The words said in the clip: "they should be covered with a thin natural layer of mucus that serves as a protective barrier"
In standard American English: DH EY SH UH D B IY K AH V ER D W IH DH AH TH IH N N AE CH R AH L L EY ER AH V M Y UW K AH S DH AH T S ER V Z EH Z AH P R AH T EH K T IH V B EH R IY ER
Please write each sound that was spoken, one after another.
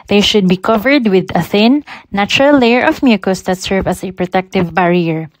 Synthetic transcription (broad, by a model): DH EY SH UH D B IY K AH V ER D W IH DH AH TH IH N N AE CH R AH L L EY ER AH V M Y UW K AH S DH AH T S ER V AA S AH P R AH T EH K T IH V B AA R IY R